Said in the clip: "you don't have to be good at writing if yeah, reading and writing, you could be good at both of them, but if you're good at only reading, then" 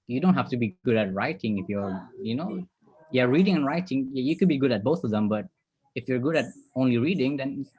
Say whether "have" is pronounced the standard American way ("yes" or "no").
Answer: no